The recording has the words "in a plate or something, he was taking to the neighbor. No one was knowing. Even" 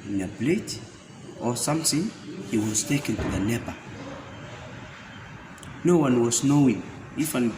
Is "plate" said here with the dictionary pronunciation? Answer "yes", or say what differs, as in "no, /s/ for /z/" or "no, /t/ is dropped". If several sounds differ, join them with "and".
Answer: no, /b/ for /p/